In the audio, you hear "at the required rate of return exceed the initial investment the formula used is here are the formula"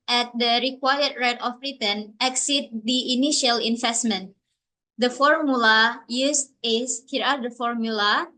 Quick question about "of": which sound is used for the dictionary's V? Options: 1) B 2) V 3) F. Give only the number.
1